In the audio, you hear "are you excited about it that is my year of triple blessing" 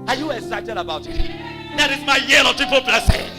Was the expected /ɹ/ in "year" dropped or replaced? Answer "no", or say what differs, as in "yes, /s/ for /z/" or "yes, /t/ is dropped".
yes, /l/ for /ɹ/